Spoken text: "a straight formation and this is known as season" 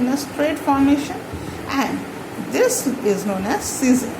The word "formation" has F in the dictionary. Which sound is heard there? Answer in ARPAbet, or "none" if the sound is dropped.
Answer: F